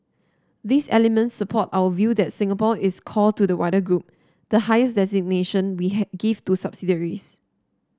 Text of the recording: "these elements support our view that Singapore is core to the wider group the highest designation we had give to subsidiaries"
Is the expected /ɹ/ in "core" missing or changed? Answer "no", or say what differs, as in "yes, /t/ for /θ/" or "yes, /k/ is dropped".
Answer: yes, /l/ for /ɹ/